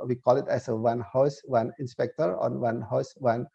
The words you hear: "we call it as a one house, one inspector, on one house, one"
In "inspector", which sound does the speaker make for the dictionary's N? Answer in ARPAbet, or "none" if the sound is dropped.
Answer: N